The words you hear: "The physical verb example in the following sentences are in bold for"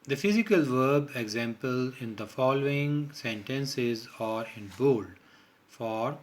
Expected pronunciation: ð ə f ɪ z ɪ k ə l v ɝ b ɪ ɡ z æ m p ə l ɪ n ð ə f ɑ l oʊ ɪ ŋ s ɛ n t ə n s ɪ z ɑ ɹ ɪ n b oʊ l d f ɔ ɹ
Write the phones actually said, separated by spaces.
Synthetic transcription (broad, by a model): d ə f ɪ z ɪ k ə l v ɝ b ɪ ɡ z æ m p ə l ɪ n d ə f ɑ l oʊ ɪ ŋ s ɛ n t ə n s ɪ z ɑ ɹ ɪ n b oʊ l d f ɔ ɹ